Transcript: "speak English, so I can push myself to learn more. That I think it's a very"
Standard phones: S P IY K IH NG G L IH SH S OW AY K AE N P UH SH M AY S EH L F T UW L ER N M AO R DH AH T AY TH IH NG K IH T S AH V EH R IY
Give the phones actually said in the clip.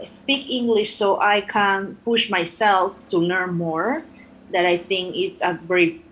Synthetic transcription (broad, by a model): S P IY K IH NG G L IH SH S OW AY K AE N P UH SH M AY S EH L F T UW L ER N M AO R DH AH T AY TH IH NG K IH T S AH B R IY